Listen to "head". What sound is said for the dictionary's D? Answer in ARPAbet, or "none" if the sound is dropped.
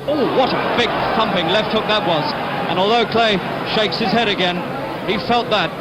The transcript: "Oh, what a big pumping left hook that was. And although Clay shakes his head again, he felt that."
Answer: D